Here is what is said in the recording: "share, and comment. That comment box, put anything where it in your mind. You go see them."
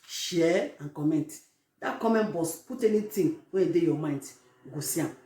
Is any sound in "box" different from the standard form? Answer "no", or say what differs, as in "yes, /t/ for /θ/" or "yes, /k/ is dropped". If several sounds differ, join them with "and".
yes, /k/ is dropped